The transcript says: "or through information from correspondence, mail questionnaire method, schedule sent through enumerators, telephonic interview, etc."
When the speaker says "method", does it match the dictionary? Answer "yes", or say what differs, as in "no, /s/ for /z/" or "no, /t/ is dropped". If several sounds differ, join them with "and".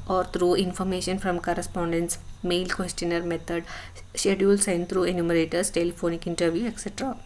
no, /t/ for /θ/